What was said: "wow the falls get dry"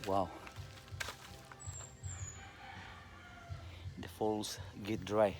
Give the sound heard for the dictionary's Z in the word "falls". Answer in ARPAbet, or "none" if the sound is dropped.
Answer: S